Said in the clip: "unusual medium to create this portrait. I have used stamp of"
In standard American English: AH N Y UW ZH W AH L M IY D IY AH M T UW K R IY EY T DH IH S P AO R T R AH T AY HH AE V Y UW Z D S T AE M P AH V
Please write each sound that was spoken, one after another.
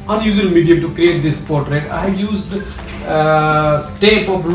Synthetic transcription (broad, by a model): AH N Y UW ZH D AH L M IY D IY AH T UW K R IY EY T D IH S P AO R T R AH T AY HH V Y UW Z D S T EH P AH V